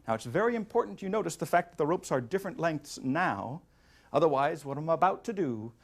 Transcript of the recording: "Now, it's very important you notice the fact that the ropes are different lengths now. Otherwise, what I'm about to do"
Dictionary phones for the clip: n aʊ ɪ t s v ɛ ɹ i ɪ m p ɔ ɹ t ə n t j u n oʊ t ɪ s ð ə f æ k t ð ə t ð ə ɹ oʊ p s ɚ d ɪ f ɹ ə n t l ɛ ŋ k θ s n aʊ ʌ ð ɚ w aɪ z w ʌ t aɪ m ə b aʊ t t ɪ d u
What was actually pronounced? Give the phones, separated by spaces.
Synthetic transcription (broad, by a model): n aʊ ɪ t s v ɛ ɹ i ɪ m p ɔ ɹ t n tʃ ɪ n oʊ t ɪ s ð ə f æ k ð ə t ð ə ɹ oʊ p s ɚ d ɪ f ɹ ə n t l ɛ ŋ k θ s n aʊ ʌ ð ɚ w aɪ z w ʌ t aɪ m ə b aʊ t t ɪ d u